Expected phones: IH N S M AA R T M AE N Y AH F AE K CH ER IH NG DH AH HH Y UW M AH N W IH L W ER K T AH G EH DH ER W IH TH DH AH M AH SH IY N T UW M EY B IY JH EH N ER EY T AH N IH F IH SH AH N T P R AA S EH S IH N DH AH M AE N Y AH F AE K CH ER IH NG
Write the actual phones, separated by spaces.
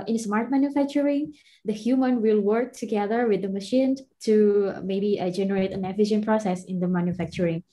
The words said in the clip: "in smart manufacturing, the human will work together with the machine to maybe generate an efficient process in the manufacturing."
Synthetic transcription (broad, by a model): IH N S M AA R T M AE N Y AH F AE K CH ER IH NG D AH HH Y UW M AH N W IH L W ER K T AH G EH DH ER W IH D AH M AH SH IY N T UW M EY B IY JH EH N ER EY T AH N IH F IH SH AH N P R AA S EH S IH N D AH M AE N Y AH F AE K CH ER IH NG